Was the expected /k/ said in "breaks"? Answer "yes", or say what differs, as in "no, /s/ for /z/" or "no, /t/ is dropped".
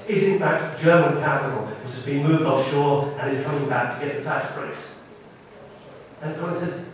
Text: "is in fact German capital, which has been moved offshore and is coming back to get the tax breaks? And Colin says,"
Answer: no, /k/ is dropped